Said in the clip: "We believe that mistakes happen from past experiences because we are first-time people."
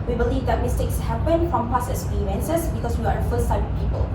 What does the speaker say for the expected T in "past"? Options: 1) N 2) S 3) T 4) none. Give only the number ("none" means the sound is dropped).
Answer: 4